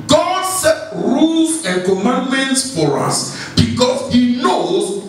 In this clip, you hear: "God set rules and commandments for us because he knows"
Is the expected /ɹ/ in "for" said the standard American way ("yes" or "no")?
yes